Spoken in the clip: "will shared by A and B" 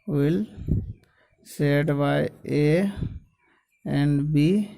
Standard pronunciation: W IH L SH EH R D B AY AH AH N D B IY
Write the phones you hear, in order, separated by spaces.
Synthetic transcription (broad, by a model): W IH L S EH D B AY AH AH N D B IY